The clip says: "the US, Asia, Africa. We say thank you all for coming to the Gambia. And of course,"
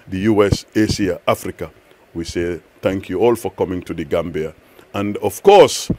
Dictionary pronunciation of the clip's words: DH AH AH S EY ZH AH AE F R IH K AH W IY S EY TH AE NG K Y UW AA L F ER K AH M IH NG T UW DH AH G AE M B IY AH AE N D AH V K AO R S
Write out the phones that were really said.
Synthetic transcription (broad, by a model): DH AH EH S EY S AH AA F R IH K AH W IY S EY TH AE NG K Y UW AA L F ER K AH M IH NG T UW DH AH G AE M B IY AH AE N D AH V K AO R S